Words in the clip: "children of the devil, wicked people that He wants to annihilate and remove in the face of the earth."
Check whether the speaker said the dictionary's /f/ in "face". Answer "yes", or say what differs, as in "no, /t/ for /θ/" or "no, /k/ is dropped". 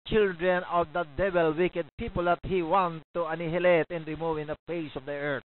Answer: no, /p/ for /f/